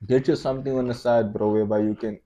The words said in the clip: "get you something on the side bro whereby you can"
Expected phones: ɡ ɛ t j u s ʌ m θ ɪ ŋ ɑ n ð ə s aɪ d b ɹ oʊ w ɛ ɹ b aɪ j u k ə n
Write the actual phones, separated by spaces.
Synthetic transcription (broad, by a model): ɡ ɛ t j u s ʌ m t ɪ ŋ ɑ n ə s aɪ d b ɹ oʊ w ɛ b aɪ j u k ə n